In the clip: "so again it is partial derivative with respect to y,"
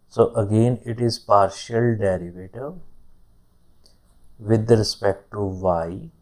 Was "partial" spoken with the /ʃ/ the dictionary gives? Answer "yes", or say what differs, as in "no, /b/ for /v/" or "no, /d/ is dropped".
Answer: yes